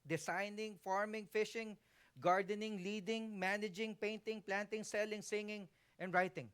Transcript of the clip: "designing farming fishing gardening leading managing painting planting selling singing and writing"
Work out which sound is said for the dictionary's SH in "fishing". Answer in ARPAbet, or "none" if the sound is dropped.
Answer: SH